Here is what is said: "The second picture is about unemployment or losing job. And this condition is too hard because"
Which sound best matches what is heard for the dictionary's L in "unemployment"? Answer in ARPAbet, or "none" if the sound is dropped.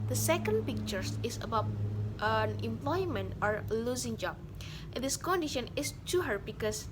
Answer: L